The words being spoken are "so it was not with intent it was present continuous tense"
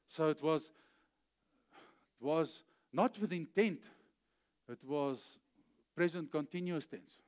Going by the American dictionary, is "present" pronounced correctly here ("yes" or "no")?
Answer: yes